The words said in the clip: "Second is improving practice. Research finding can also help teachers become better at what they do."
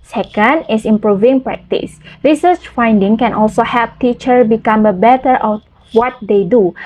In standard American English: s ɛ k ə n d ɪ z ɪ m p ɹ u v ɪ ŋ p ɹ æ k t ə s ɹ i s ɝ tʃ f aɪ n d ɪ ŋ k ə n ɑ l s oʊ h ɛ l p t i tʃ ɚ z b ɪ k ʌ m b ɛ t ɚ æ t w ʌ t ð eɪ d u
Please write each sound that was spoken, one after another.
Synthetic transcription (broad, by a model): s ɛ k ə n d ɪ s ɪ m p ɹ u v ɪ ŋ p ɹ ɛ k t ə s ɹ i s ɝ tʃ f aɪ n d ɪ ŋ k ə n ɑ l s oʊ h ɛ l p t i tʃ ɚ b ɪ k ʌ m b ɛ t ɚ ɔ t w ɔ t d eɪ d u